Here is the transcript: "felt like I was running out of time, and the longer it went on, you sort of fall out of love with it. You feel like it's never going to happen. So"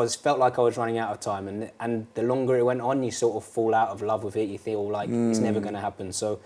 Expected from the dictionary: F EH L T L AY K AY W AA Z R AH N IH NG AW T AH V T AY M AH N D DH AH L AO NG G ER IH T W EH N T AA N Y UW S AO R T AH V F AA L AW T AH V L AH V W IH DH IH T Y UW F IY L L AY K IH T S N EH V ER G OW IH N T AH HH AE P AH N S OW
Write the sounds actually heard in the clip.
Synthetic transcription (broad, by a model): F EH L T L AY K AY W AA Z R AH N IH NG AW T AH V T AY M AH N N DH AH L AO NG G ER IH T W EH N T N Y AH S AO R T AH V F AA L AW T AH V L AH V W IH DH IH T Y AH F IY L L AY K IH T S N EH V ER G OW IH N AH HH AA P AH N S OW